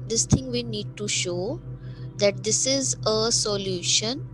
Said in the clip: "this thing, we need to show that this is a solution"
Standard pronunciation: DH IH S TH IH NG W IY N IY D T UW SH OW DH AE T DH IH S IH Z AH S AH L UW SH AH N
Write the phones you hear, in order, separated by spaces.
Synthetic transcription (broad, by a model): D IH S T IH NG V IY N IY D T UW SH OW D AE T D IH S IH Z AH S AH L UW SH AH N